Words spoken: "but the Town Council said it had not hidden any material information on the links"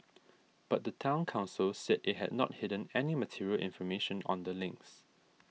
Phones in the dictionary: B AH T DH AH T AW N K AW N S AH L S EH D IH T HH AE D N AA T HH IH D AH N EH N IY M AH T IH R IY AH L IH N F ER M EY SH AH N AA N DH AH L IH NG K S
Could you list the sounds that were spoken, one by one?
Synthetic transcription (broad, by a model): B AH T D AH T AW N K AW N S AH L S EH D IH T HH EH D N AA T HH IH D AH N EH N IY M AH T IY R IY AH L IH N F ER M EY SH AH N AA N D AH L IH NG K S